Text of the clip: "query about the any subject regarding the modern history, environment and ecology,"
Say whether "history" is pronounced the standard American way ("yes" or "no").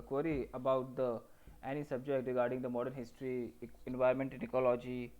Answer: yes